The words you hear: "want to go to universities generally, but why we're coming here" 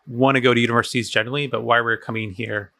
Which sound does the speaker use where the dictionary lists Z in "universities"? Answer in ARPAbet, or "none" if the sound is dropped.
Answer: Z